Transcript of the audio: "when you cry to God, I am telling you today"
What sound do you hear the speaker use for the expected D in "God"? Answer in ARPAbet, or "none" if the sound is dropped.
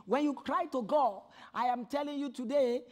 none